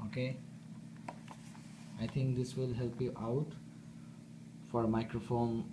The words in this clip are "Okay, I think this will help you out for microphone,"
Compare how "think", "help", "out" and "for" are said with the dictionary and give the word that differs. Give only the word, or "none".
think